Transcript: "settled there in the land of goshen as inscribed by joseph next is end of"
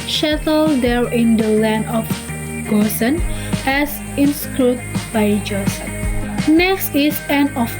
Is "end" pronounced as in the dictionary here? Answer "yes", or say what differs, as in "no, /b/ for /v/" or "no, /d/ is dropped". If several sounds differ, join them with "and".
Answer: no, /d/ is dropped